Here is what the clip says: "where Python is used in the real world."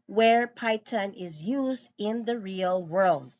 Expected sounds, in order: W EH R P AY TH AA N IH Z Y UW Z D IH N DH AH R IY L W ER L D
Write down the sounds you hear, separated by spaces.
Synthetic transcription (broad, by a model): W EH R P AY T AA N IH Z Y UW Z D IH N DH AH R IY L W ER L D